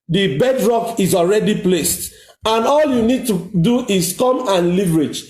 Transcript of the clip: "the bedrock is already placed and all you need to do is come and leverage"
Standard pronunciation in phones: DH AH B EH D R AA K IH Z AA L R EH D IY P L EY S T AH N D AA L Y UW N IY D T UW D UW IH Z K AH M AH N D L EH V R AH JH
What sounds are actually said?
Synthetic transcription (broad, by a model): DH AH B EH D R AA K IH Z AA L R EH D IY P L EY S T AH N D AA L Y UW N IY D T UW D UW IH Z K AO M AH N L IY V R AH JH